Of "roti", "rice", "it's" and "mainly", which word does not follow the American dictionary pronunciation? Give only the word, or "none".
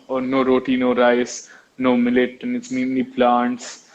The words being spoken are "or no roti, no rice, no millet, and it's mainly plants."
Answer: mainly